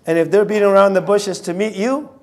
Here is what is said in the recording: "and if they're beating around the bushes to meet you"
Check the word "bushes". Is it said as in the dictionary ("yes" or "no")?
yes